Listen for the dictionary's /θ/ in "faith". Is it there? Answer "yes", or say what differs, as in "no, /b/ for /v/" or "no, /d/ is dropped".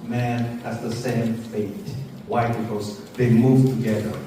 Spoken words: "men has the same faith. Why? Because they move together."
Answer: no, /t/ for /θ/